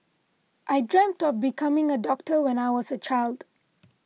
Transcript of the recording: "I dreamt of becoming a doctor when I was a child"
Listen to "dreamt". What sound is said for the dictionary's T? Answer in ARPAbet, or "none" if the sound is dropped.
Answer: T